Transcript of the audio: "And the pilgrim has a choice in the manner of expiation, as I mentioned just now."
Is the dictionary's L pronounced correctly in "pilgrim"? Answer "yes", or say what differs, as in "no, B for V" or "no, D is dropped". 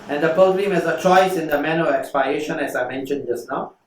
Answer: no, L is dropped